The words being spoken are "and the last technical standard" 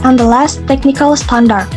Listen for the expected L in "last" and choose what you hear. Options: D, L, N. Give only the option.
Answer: L